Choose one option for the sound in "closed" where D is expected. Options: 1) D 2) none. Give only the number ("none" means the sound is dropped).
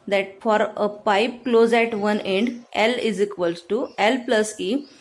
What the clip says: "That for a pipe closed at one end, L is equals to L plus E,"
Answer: 2